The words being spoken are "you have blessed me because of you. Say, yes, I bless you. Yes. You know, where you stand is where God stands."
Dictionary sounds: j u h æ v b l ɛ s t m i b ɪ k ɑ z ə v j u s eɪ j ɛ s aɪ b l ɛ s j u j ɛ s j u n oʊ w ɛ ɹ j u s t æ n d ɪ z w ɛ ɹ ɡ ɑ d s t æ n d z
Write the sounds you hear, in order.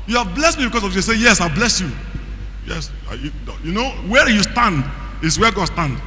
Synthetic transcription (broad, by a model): j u h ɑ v b l ɛ s t m i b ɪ k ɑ s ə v j u s eɪ j ɛ s aɪ b l ɛ s j u j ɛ s j u n oʊ w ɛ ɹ j u s t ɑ n d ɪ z w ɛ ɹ ɡ ɑ d s t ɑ n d